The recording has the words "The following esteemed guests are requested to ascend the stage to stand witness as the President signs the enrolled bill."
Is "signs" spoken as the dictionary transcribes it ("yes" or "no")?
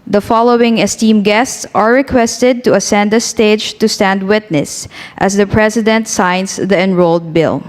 no